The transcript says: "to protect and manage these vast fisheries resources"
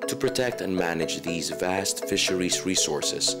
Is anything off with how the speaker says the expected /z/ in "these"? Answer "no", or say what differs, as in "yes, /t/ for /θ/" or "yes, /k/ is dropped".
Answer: no